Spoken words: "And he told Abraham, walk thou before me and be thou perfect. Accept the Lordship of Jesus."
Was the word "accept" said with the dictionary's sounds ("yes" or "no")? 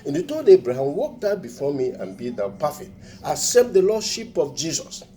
no